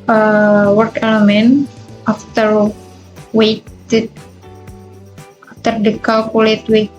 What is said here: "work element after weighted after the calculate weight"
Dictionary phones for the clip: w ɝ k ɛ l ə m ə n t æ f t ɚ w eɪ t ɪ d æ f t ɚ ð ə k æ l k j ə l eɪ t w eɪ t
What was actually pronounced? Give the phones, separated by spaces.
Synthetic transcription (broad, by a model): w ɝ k ɛ l ə m ə n t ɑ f t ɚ w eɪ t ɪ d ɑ f t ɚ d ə k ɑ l k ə l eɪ t w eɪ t